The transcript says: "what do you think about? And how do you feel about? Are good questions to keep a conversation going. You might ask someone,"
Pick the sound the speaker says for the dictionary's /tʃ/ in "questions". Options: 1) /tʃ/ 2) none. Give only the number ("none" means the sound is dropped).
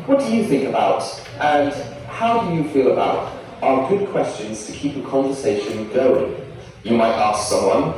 1